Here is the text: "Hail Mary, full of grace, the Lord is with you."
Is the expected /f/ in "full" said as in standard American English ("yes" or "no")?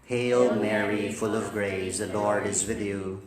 yes